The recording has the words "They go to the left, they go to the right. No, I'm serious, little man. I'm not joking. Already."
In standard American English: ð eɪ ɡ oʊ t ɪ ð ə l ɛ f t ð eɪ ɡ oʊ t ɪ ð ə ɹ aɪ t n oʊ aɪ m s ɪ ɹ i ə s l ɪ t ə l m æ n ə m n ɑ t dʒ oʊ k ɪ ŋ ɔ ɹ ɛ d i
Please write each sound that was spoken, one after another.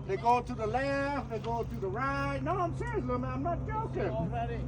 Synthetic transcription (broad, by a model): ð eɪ ɡ oʊ t ɪ ð ə l ɛ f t ð eɪ ɡ oʊ t ɪ ð ə ɹ aɪ t n oʊ aɪ m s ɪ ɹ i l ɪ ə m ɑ ə m n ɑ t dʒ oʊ k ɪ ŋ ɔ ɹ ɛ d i